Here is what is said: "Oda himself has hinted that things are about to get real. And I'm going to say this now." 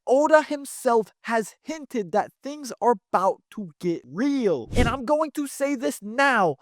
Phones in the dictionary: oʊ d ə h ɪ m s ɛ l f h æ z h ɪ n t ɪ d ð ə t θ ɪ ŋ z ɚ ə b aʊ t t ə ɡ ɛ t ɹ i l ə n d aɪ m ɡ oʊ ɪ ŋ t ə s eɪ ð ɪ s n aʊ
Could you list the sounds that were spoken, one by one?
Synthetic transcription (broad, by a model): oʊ d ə h ɪ m s ɛ l f h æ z h ɪ n t ɪ d ð ə t θ ɪ ŋ z ɚ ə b aʊ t t ə ɡ ɛ t ɹ i l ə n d aɪ m ɡ oʊ ɪ ŋ t ə s eɪ ð ɪ s n aʊ